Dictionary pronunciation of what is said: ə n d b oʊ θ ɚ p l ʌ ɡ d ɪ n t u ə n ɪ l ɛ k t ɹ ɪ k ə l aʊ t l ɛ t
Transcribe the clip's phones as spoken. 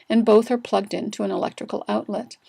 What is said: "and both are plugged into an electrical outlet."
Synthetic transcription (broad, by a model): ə n b oʊ θ ɚ p l ʌ ɡ d ɪ n t u ə n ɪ l ɛ k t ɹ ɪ k l aʊ t l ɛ t